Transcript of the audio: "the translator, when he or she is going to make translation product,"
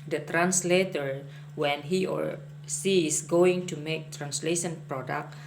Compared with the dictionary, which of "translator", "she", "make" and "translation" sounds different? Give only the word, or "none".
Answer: she